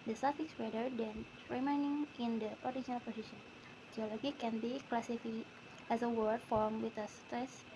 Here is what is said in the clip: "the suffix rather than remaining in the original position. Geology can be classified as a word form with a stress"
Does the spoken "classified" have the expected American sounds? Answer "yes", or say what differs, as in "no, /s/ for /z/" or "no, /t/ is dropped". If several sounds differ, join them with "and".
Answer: no, /d/ is dropped